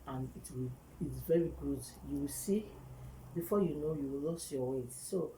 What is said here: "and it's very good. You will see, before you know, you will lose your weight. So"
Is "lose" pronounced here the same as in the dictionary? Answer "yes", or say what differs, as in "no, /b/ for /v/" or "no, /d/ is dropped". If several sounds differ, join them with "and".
no, /s/ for /z/